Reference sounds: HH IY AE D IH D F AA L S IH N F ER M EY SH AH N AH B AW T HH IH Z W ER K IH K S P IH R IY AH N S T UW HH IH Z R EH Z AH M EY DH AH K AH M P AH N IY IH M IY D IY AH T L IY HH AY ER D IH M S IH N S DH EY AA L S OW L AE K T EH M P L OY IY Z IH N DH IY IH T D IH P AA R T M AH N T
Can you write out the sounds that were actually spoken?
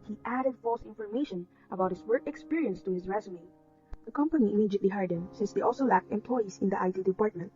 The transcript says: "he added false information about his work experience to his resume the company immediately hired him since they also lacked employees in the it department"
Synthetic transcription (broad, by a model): HH IY AE D IH D F AA L S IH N F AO M EY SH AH N AH B AW T HH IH S W ER K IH K S P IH R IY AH N S T UW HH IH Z R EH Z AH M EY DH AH K AH M P AH N IY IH M IY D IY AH T L IY HH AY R D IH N S IH N S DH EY AA L S OW L AE K T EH M P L OY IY S IH N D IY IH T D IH P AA R T M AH N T